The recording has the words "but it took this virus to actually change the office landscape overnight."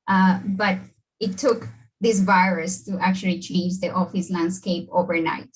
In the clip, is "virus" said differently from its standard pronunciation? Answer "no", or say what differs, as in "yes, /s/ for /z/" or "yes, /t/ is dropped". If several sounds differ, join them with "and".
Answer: no